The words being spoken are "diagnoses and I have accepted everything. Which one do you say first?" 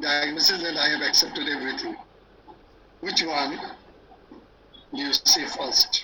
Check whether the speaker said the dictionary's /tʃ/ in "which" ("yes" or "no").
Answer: yes